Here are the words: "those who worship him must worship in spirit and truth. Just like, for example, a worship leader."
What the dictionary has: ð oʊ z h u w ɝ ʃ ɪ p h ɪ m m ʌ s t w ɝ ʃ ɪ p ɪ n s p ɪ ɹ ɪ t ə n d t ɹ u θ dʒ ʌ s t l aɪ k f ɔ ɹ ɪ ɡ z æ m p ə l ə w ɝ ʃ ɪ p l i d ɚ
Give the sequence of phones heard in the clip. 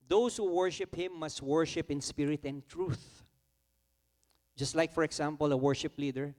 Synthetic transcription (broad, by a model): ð oʊ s h u w ɝ ʃ ɪ p h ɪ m m ʌ s t w ɝ ʃ ɪ p ɪ n s p ɪ ɹ ɪ t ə n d t ɹ u θ dʒ ʌ s t l aɪ k f ɔ ɹ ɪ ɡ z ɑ m p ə l ə w ɝ ʃ ɪ p l i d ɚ